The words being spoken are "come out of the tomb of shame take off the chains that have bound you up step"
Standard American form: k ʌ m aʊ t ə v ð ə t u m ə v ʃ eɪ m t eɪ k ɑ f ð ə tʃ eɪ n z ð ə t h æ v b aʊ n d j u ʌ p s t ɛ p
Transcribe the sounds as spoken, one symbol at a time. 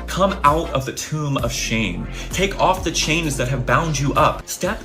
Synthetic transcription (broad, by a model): k ʌ m aʊ t ə v ð ə t u m ə v ʃ eɪ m t eɪ k ɑ f ð ə tʃ eɪ n z ð ə t h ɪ v b aʊ n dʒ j ʌ p s t ɛ p